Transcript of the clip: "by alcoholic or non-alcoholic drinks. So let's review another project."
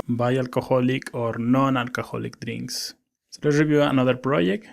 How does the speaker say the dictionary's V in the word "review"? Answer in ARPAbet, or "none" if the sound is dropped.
B